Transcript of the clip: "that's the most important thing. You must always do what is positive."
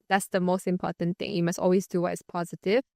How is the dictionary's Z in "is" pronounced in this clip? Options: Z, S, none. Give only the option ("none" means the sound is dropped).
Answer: S